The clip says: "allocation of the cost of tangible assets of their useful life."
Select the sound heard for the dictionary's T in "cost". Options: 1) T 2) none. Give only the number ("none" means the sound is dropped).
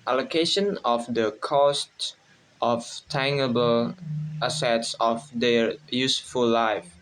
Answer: 1